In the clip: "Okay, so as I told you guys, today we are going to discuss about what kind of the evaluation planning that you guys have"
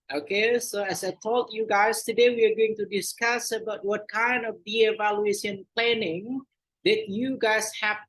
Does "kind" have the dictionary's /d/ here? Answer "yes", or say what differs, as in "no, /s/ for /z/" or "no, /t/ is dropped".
yes